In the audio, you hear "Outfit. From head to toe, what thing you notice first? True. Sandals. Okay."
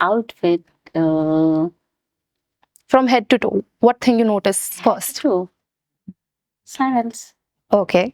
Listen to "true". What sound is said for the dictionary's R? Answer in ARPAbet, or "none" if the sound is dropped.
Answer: none